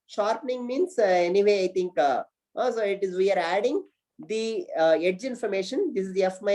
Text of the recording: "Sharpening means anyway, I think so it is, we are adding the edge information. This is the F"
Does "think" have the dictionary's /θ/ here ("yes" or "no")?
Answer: no